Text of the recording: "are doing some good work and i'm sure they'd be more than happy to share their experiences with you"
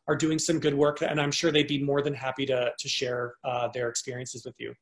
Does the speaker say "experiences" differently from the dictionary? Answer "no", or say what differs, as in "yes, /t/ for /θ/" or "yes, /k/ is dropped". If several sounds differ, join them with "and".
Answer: no